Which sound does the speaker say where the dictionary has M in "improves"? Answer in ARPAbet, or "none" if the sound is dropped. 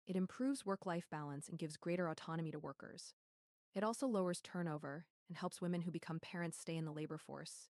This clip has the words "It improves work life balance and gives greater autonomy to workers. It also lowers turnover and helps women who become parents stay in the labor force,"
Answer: M